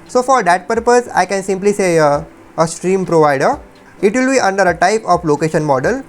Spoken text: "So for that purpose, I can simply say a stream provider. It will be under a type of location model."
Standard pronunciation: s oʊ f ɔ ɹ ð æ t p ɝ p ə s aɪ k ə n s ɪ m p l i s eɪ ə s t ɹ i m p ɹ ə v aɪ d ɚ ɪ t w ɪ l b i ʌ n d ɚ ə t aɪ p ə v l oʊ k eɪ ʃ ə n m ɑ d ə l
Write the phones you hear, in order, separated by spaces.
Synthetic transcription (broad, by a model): s oʊ f ɔ ɹ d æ t p ɝ p ə s aɪ k ə n s ɪ m p l i s eɪ ə s t ɹ i m p ɹ ə v aɪ d ɚ ɪ t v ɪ l b i ʌ n d ɚ ə t aɪ p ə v l oʊ k eɪ ʃ ə n m ɑ d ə l